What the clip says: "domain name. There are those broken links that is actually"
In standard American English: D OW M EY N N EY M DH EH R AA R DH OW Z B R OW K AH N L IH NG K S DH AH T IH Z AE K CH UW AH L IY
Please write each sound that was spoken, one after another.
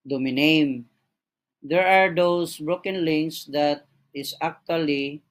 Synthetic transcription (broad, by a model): D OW M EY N N EY M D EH R AA R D OW S B R OW K AH N L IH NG S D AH T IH S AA K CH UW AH L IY